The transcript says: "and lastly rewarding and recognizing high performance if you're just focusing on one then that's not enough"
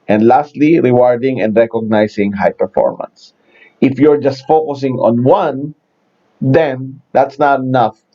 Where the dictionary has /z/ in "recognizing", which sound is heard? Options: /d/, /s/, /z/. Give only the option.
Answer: /s/